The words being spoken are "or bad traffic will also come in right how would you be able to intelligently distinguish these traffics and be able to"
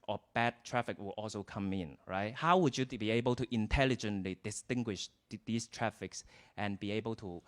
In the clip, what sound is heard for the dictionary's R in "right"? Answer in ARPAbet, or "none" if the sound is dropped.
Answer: R